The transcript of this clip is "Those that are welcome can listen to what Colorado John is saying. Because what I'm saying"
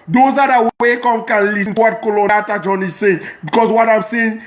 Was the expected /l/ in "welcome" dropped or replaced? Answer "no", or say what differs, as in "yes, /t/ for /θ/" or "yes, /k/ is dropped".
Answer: yes, /l/ is dropped